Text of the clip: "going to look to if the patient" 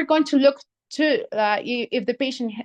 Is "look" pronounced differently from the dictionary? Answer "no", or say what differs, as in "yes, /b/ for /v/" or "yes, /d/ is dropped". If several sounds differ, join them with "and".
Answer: no